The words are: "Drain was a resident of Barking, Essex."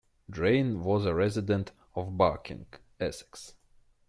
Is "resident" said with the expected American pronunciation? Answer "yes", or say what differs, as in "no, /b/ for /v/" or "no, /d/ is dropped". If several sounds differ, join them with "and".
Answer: yes